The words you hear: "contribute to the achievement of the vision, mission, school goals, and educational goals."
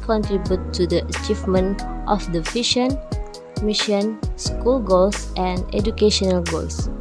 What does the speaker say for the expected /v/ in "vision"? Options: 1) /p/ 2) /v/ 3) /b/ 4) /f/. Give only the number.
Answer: 4